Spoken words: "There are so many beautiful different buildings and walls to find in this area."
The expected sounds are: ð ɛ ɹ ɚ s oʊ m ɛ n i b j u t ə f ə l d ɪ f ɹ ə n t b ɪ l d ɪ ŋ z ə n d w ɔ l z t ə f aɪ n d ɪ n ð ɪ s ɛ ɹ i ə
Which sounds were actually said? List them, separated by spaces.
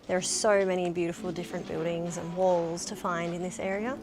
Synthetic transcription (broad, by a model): ð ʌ ɹ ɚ s oʊ m ɛ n i b j u t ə f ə l d ɪ f ɹ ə n b ɪ l d ɪ ŋ z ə n w ɔ l z t ə f aɪ n d ɪ n ð ɪ s ɛ ɹ i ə